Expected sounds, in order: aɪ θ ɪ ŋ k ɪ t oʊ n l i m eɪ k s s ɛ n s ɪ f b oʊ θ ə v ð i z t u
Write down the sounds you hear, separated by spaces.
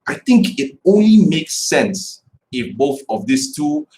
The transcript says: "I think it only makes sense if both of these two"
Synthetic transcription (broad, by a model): aɪ θ ɪ ŋ k ɪ t oʊ n l i m eɪ k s s ɛ n s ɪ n b oʊ θ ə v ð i s t u